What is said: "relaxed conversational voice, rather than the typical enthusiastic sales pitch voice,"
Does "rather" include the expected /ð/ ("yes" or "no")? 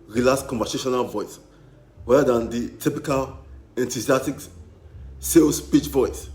no